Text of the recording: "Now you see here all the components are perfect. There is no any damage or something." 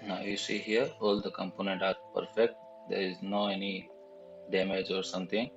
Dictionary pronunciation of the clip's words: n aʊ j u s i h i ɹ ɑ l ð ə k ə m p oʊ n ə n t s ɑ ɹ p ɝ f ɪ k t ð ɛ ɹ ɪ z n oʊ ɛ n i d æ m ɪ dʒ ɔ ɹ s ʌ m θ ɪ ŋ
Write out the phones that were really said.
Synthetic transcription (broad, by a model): n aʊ j u s i h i ɹ ɑ l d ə k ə m p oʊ n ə n t ɑ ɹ p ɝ f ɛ k t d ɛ ɹ ɪ z n oʊ ɛ n i d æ m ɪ dʒ ɔ ɹ s ʌ m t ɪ ŋ